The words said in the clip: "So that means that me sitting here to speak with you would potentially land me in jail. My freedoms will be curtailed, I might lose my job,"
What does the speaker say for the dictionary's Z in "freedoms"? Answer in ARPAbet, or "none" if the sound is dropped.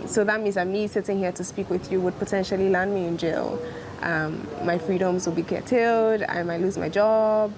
Z